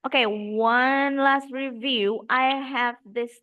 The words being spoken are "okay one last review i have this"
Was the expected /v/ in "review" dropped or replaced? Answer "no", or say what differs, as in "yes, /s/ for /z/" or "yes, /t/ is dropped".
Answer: no